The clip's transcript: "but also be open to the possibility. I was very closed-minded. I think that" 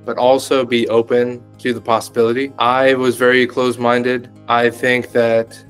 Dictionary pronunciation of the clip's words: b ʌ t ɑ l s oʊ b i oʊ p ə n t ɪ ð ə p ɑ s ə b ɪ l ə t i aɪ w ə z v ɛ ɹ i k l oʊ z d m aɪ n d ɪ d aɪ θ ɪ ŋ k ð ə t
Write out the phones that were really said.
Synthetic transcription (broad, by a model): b ʌ t ɑ l s oʊ b i oʊ p ə n t ɪ ð ə p ɑ s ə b ɪ l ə t i aɪ w ə z v ɛ ɹ i k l oʊ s m aɪ n d ɪ d aɪ θ ɪ ŋ k ð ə t